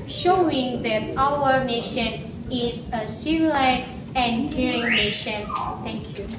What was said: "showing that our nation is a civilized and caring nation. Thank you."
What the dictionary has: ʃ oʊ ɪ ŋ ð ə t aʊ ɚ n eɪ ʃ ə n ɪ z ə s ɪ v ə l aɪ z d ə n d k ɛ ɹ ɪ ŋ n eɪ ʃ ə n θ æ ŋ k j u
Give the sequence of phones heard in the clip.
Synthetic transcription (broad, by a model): ʃ oʊ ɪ ŋ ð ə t aʊ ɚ n eɪ ʃ ə n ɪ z ə s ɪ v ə l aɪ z ə n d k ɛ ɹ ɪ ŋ n eɪ ʃ ə n t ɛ ŋ k j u